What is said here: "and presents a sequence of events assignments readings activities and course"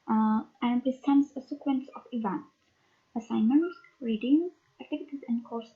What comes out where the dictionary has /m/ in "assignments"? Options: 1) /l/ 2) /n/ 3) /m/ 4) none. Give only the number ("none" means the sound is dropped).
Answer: 4